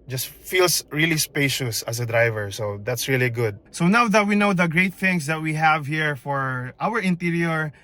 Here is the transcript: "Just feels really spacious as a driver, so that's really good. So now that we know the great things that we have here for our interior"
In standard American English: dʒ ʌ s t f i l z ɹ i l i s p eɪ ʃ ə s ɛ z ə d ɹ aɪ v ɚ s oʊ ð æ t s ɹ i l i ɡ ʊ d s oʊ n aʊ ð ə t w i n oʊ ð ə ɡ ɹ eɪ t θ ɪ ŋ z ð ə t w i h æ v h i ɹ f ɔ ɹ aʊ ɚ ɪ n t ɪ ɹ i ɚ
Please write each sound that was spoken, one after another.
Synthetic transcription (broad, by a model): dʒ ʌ s t f i l s ɹ i l i s p eɪ ʃ ə s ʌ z ə d ɹ aɪ v ɚ s oʊ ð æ t s ɹ i l i ɡ ʊ d s oʊ n aʊ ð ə t w i n oʊ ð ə ɡ ɹ eɪ t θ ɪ ŋ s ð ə t w i h æ v h i ɹ f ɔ ɹ aʊ ɚ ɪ n t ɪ ɹ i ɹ